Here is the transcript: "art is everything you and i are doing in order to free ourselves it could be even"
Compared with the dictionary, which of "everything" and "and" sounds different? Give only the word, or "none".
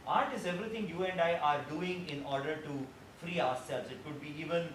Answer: everything